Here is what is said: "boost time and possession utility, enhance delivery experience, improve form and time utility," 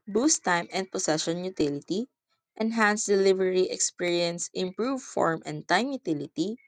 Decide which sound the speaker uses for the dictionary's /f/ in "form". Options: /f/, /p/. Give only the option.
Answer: /f/